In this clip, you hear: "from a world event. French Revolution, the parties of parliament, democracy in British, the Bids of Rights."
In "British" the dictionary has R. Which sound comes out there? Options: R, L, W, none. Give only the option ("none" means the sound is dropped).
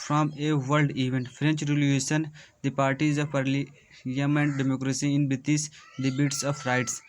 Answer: none